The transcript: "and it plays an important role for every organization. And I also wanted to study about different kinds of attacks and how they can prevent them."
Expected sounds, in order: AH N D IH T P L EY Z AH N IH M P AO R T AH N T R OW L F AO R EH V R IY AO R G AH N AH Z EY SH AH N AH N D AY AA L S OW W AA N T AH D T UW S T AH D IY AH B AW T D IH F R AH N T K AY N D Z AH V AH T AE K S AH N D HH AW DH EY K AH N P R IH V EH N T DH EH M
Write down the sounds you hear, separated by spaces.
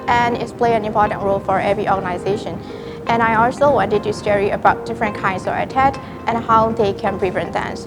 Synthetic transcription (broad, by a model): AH N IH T P L EY AH N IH M P AO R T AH N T R OW L F AO R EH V R IY AO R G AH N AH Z EY SH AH N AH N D AY AA L S OW W AA N T AH D T UW S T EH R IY AH B AW T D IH F R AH N K AY N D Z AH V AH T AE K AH N HH AW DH EY K AH N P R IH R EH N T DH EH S